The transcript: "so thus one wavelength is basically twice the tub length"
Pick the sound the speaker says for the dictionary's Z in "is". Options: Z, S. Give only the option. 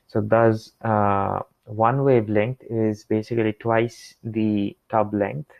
Z